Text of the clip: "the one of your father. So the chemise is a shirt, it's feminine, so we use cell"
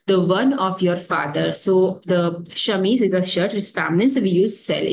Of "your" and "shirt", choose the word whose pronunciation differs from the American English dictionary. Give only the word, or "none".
none